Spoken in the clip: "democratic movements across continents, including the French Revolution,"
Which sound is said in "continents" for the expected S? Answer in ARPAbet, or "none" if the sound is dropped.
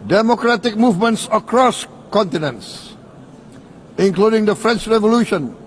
S